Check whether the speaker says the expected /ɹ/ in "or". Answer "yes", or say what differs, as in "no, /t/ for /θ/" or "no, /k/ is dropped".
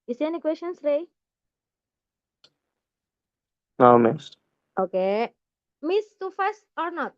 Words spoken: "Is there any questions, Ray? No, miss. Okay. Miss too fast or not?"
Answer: yes